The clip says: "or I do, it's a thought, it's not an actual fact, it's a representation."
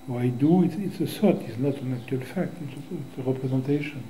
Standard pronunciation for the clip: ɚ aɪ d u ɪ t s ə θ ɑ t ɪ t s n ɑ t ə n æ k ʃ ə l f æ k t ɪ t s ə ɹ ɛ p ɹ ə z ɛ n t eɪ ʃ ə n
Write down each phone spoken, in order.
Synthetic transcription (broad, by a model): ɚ aɪ d u ɪ t s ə s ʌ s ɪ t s n ɑ t ə n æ k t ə l f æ k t ɪ t s ə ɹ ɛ p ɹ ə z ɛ n t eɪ ʃ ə n